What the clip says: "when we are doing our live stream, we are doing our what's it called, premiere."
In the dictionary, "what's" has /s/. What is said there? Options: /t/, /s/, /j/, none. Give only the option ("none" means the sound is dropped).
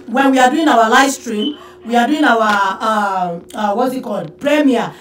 none